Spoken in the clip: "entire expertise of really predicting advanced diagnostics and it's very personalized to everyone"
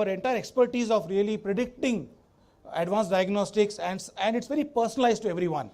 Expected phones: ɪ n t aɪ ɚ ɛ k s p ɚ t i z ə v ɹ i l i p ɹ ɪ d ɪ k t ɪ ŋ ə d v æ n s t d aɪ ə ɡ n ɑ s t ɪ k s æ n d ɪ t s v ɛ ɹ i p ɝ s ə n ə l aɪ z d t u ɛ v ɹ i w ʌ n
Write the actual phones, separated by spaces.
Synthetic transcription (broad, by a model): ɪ n t aɪ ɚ ɛ k s p ɚ t i z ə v ɹ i l i p ɹ ɪ d ɪ k t ɪ ŋ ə d v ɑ n s d aɪ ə ɡ n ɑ s t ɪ k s æ n d ɪ t s v ɛ ɹ i p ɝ s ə n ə l aɪ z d t u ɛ v ɹ i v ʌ n